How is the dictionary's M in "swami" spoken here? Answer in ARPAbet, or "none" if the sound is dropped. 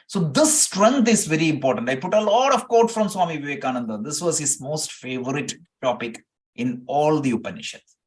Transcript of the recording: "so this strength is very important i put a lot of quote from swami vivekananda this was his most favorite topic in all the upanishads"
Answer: M